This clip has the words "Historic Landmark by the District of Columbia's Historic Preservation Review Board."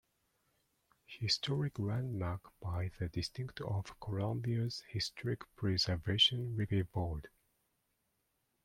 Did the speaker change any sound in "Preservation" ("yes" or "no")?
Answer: no